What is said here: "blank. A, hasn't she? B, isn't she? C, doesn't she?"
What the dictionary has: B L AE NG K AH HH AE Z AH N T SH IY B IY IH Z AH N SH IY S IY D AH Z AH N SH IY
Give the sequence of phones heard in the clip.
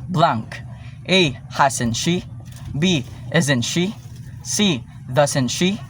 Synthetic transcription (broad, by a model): B L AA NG K AH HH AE S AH N SH IY B IY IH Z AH N SH IY S IY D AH S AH N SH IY